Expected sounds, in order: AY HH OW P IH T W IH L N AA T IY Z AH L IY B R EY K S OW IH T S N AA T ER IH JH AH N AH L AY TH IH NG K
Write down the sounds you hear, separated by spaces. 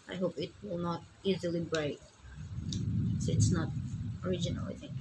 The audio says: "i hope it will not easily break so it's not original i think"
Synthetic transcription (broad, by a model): AY HH OW P IH T W IH L N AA T IY Z AH L IY B R EY K S OW IH T S N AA T ER IH JH AH N AH L AY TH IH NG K